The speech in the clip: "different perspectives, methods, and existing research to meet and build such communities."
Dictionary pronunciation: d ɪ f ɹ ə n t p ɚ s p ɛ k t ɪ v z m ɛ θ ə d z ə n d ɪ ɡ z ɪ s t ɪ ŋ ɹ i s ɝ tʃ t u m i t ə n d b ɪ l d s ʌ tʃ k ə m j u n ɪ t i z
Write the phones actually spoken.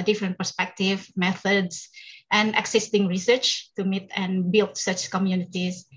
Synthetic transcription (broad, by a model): d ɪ f ɹ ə n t p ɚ s p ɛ k t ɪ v m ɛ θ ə d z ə n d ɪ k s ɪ s t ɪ ŋ ɹ i s ɝ tʃ t u m i t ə n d b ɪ l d s ʌ tʃ k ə m j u n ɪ t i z